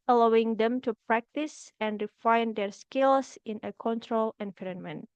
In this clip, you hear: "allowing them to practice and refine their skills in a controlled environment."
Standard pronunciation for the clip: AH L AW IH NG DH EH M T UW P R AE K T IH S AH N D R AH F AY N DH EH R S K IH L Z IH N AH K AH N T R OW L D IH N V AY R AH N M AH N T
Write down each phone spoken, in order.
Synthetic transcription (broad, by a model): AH L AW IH NG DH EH M T UW P R AE K T IH S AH N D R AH F AY N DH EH R S K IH L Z IH N AH K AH N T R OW L IH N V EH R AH N M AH N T